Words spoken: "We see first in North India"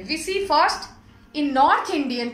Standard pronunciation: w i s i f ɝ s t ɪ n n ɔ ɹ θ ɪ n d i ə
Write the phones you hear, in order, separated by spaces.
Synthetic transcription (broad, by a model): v i s i f ɝ s t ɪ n n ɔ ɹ t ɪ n d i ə